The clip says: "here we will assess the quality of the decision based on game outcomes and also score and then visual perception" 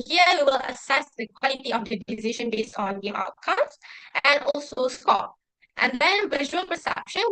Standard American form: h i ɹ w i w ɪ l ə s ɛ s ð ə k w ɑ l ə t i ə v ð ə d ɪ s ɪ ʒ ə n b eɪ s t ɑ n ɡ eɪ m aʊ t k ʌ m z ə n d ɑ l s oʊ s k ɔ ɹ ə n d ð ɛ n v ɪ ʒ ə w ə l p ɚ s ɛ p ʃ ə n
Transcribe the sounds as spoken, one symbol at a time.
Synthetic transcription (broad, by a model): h i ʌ w i w ɪ l ə s ɛ s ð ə k w ɑ l ə t i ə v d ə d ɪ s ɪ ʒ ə n b eɪ s t ɑ n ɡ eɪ aʊ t k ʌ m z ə n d ɑ l s oʊ s k ɔ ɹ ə n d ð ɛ n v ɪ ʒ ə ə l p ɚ s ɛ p ʃ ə n